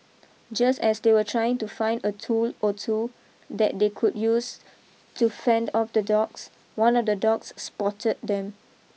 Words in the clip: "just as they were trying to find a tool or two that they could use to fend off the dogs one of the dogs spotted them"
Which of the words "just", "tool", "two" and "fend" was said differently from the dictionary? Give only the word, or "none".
none